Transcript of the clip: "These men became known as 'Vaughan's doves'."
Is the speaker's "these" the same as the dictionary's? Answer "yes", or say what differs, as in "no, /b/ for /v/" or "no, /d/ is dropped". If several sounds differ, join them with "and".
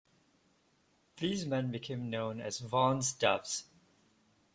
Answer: yes